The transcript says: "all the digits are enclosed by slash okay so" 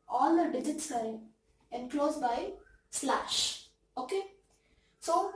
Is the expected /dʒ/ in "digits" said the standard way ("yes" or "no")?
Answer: yes